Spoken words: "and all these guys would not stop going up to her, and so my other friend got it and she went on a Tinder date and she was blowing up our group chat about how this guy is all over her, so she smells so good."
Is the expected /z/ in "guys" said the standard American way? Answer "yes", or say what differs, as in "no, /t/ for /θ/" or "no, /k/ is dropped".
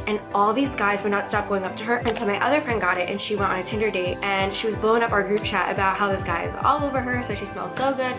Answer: yes